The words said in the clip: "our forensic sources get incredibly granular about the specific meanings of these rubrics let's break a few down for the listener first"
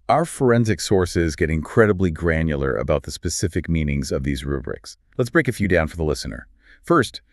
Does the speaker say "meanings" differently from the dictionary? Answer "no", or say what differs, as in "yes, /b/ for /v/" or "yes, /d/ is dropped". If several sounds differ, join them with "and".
no